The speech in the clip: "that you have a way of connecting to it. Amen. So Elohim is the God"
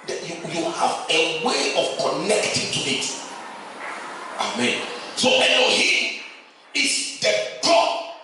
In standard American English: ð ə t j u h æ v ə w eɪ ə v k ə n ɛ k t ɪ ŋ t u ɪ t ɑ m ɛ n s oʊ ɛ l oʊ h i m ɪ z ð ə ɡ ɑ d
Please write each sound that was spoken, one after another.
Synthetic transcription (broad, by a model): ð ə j j u h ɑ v ə w eɪ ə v k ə n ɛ k t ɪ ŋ t u ɪ t ɑ m ɛ n s oʊ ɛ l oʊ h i ɪ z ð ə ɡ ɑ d